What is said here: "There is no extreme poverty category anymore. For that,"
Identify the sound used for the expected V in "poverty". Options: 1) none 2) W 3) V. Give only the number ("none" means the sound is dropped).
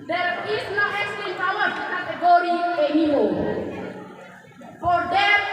2